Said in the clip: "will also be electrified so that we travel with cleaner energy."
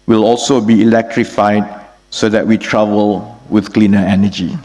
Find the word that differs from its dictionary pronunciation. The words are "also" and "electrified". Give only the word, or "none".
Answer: none